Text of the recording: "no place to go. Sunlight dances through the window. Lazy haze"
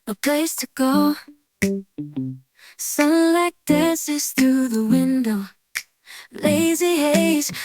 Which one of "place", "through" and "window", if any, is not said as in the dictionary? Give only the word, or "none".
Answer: none